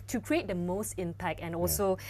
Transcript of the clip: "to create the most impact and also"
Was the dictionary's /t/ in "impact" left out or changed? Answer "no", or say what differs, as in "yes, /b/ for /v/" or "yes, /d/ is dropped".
yes, /t/ is dropped